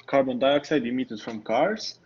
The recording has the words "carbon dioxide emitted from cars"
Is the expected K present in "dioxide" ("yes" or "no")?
yes